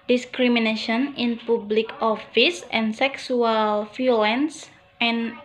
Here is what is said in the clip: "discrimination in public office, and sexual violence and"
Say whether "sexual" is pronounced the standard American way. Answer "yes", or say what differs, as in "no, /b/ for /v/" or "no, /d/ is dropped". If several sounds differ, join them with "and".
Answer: no, /s/ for /ʃ/